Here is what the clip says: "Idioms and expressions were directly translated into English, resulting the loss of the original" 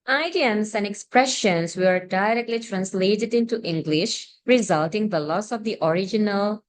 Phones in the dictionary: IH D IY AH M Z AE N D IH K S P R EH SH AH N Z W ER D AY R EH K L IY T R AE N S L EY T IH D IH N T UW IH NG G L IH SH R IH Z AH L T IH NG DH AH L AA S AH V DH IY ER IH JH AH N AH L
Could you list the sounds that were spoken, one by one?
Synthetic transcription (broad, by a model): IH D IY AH M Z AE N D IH K S P R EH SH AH N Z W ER D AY R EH K L IY T R AE N S L EY T IH D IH N T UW IH NG G L IH SH R IH Z AH L T IH NG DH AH L AA S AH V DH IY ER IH JH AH N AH L